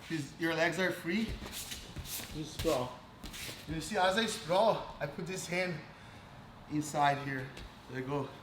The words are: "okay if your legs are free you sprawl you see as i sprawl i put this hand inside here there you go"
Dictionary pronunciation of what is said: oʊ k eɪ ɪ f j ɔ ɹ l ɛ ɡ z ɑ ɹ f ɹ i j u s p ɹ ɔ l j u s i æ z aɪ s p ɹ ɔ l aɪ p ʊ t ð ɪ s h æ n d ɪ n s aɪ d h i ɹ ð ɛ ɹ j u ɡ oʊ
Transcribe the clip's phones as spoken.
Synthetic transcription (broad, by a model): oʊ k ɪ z j ɔ ɹ l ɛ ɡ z ɑ ɹ f ɹ i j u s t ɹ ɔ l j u s i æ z aɪ s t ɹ ɔ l aɪ p ʊ t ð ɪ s h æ n d ɪ n s aɪ d h i ɹ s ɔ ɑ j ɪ ɡ oʊ